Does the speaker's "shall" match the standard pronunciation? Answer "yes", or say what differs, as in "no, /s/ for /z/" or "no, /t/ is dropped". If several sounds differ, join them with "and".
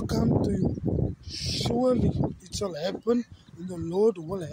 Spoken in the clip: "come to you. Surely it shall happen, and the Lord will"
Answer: no, /s/ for /ʃ/